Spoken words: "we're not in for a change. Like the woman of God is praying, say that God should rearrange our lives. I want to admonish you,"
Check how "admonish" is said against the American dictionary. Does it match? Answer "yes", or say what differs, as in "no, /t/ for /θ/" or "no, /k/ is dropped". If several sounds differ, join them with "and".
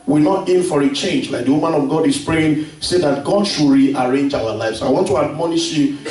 yes